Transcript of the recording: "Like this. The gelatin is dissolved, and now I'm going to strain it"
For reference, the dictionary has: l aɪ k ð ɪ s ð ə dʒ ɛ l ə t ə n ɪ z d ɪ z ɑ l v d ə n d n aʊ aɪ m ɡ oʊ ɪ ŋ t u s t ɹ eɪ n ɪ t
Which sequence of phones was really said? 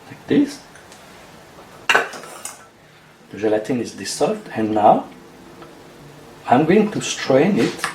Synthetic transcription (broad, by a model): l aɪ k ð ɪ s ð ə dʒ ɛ l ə t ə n ɪ z d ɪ s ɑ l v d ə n n aʊ aɪ m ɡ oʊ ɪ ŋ t u s t ɹ eɪ n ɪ t